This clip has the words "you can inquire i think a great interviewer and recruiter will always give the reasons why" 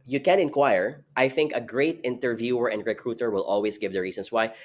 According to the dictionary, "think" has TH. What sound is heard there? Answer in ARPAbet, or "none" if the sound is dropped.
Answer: TH